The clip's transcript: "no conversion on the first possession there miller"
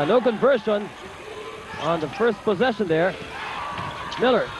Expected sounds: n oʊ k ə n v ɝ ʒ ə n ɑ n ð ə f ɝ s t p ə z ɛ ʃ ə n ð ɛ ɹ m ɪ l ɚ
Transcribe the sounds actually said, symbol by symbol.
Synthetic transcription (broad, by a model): n oʊ k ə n v ɝ ʃ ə n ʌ n ð ə f ɝ s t p ə z ɛ ʃ ə n ð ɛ ɹ m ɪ l ɚ